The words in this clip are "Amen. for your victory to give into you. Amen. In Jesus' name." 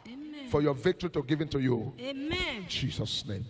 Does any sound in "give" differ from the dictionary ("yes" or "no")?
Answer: no